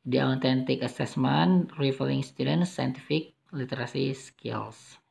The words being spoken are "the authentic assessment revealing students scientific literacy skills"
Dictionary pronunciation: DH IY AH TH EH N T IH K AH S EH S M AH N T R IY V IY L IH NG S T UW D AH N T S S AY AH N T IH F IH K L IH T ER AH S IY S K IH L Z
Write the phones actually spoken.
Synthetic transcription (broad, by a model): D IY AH T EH N T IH K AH S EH S M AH N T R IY F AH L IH NG S T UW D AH N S S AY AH N T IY F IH K L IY T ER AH S IY S K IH L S